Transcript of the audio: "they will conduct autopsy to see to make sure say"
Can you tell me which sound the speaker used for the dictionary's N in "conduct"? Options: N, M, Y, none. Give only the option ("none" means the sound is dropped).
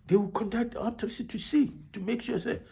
N